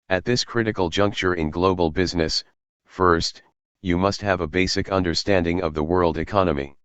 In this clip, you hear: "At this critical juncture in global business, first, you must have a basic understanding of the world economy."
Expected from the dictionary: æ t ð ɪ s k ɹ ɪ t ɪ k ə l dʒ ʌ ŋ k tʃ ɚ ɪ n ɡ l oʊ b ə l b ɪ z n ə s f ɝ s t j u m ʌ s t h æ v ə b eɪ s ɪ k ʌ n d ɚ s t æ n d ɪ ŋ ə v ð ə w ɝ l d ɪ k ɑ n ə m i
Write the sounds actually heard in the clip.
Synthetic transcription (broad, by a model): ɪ t ð ɪ s k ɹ ɪ t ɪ k l dʒ ʌ ŋ k tʃ ɚ ɪ n ɡ l oʊ b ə l b ɪ z n ə s f ɝ s t j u m ʌ s t h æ v ə b eɪ s ɪ k ʌ n d ɚ s t æ n d ɪ ŋ ə v ð ə w ɝ l d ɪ k ɑ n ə m i